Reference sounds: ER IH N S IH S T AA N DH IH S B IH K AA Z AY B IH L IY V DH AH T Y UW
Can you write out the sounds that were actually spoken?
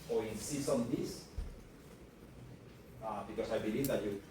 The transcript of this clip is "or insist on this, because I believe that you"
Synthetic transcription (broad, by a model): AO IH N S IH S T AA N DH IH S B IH K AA S AY B IH L IY V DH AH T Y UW